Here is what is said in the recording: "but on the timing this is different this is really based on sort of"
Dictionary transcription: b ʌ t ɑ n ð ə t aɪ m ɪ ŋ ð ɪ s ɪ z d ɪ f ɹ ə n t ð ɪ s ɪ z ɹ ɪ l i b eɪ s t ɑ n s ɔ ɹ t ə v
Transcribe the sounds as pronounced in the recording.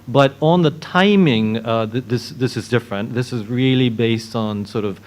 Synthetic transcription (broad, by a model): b ʌ t n ð ə t aɪ m ɪ ŋ ð ɪ s ɪ z d ɪ f ɹ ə n ð ɪ s ɪ z ɹ ɪ l i b eɪ s t n s ɔ ɹ t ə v